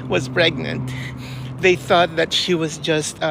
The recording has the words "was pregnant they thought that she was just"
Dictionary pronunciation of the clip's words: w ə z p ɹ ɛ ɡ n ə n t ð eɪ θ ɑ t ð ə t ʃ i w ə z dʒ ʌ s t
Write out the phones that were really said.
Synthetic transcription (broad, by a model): w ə z p ɹ ɛ ɡ n ə n t ð eɪ θ ɑ t ð ə t ʃ i w ə z dʒ ʌ s t